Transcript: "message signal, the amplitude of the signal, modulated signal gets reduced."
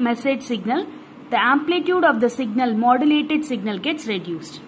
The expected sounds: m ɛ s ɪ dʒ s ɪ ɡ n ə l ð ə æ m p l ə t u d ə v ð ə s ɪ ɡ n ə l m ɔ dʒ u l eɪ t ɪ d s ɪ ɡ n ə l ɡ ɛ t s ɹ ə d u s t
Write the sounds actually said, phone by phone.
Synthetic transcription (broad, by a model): m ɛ s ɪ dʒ s ɪ ɡ n ə l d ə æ m p l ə t u d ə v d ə s ɪ ɡ n ə l m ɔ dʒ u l eɪ t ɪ d s ɪ ɡ n ə l ɡ ɛ t s ɹ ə d u s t